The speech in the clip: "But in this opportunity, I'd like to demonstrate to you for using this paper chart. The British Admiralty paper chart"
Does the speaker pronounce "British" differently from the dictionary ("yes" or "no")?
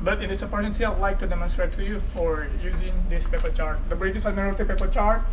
yes